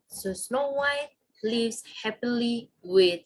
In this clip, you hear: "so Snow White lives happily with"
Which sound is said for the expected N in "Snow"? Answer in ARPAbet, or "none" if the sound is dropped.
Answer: N